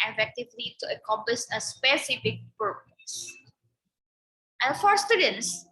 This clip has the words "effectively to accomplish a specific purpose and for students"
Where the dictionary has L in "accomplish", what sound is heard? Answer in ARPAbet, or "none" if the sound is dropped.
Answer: none